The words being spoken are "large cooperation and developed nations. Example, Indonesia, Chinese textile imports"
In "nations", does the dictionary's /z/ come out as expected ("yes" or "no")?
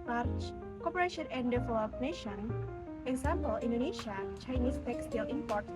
no